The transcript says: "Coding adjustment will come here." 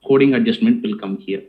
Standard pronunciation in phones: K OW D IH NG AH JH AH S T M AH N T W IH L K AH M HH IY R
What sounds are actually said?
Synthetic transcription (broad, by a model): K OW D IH NG AH JH AH S T M AH N T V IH L K AH M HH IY R